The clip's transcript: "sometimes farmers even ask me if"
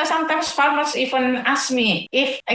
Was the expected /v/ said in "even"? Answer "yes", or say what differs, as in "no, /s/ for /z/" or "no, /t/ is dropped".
no, /f/ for /v/